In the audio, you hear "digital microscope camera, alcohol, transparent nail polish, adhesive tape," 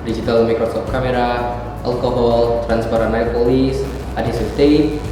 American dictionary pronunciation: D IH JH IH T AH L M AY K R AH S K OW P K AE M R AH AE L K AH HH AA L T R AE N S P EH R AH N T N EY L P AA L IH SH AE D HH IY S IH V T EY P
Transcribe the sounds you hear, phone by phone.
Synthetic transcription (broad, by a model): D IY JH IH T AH L M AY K R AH S OW F K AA M R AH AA L K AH HH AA L T R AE N S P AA R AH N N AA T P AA L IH S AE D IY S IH F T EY